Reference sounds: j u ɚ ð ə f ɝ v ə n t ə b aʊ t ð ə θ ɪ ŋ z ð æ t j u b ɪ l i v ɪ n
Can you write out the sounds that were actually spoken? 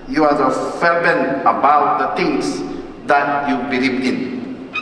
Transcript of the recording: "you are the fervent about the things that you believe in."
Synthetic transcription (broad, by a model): j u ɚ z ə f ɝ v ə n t ə b aʊ t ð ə t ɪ ŋ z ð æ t j u b ɪ l i v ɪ n